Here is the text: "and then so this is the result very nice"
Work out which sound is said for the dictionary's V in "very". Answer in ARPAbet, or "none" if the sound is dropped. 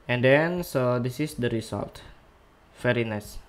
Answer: F